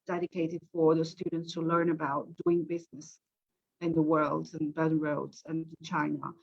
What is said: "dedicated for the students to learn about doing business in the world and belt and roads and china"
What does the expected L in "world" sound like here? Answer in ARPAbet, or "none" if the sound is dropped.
L